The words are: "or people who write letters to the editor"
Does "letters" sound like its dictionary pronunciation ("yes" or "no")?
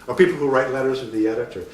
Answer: yes